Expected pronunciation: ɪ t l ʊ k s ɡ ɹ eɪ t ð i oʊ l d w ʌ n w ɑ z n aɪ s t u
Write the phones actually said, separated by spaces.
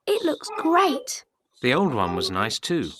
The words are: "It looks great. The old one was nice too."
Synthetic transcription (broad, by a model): ɪ t l ʊ k s ɡ ɹ eɪ t ð i oʊ l d w ʌ n w ɑ z n aɪ s t u